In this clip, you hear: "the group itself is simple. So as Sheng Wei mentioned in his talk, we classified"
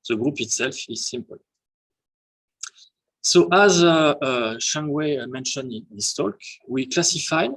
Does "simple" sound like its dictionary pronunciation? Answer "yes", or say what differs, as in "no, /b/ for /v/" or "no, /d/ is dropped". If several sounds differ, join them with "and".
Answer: yes